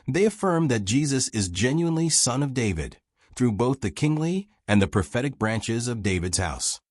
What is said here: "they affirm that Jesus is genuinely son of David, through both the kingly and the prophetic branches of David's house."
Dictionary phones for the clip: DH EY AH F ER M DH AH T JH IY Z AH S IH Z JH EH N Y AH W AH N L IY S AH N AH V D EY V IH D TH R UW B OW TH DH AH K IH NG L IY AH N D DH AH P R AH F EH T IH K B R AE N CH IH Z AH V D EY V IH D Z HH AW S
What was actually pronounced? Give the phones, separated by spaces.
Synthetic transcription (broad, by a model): DH EY AH F ER M DH AH T JH IY Z AH S IH Z JH EH N Y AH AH N L IY S AH N AH V D EY V IH D TH R UW B OW TH DH AH K IH NG L IY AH N DH AH P R AH F EH T IH K B R AE N CH IH Z AH V D EY V IH D Z HH AW S